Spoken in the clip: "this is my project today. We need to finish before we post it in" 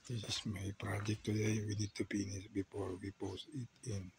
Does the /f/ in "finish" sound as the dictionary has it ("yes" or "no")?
no